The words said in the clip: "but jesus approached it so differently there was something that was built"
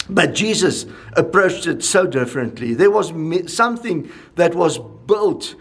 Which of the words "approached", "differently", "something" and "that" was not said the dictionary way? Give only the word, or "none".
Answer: none